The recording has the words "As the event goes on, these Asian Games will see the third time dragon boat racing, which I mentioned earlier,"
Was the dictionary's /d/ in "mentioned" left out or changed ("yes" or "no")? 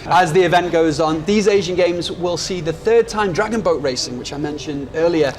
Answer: no